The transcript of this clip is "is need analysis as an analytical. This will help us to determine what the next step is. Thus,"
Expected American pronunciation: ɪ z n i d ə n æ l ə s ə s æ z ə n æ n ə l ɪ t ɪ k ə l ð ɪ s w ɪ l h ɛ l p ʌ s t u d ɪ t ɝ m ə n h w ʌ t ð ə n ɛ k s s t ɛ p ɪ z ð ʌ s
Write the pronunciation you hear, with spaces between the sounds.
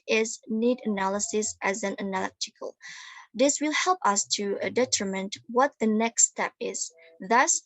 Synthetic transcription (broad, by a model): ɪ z n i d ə n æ l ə s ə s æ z ə n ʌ n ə l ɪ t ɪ k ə l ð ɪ s w ɪ l h ɛ l p ʌ s t u d ɪ t ɝ m ə n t w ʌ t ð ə n ɛ k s s t ɛ p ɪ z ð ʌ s